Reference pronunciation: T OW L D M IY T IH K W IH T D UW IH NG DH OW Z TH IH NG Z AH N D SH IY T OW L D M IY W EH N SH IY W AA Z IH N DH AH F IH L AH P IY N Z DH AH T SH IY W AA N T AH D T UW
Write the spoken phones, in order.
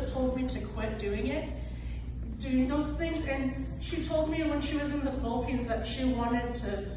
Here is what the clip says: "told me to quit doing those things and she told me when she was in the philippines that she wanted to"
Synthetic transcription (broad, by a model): T OW L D M IY T IH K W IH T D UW IH NG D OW S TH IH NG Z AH N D SH IY T OW L D M IY W EH N SH IY W AA Z IH N DH AH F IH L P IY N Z DH AH T SH IY W AA N T AH D T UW